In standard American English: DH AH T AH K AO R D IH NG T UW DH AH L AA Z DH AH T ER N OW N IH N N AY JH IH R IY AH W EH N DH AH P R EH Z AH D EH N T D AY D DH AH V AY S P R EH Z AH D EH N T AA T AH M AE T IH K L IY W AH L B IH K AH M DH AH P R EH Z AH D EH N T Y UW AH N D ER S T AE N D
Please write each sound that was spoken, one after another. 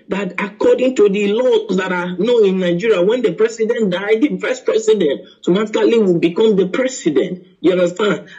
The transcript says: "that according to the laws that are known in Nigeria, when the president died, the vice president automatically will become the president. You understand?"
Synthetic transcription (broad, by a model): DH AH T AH K AO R D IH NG T UW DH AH L AA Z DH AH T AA N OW IH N N AY JH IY R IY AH W EH N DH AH P R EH S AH D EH N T D AY D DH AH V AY S P R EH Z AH D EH N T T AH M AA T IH L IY W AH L B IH K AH M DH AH P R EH S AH D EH N T Y UW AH N D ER S T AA N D